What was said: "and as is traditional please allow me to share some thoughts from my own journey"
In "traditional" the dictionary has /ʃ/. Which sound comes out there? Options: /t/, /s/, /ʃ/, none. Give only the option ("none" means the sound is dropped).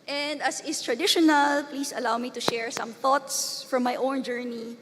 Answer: /ʃ/